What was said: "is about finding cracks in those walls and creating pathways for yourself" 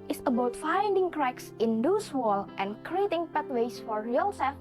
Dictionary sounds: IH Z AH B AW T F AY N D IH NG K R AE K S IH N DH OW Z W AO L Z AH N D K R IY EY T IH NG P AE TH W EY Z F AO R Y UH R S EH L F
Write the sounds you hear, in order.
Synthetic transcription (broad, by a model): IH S AH B AW T F AY N D IH NG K R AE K S IH N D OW S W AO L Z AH N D K R IY EY T IH NG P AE T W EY S F AO R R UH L S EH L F